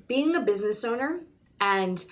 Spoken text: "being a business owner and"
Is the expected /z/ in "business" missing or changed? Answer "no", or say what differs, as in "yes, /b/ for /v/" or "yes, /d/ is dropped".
no